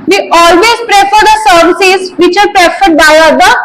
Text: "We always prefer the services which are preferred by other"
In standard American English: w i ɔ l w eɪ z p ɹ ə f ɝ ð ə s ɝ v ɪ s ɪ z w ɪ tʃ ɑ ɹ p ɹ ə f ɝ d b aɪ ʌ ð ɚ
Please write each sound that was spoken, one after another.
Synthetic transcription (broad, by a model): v i ɔ l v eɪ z p ɹ ə f ɝ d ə s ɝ v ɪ s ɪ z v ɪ tʃ ɑ ɹ p ɹ ə f ɝ d b aɪ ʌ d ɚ